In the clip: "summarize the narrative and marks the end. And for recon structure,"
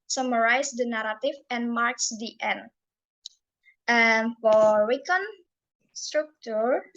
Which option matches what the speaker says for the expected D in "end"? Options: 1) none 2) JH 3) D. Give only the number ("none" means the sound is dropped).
1